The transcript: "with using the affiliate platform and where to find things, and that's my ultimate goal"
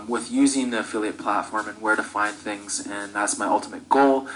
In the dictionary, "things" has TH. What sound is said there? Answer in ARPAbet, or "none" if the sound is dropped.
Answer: TH